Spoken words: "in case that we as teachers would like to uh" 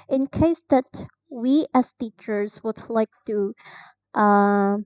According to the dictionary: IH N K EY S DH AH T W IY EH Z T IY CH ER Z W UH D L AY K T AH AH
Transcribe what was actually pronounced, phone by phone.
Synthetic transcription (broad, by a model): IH N K EY S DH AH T W IY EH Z T IY CH ER Z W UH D L AY K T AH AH